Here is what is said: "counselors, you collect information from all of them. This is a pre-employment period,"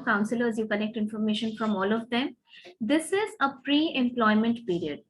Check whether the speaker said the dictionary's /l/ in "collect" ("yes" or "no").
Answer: no